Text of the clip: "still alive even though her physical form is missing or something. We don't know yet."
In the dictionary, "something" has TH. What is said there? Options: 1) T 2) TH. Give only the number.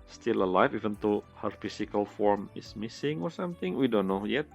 1